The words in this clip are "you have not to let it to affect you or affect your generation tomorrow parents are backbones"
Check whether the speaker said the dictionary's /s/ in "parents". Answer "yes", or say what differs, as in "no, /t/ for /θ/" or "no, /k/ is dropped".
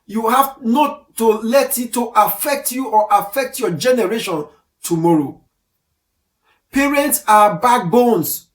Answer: yes